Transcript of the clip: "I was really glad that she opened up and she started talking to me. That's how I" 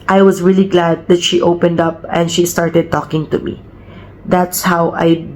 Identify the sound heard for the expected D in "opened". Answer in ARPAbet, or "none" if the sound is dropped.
D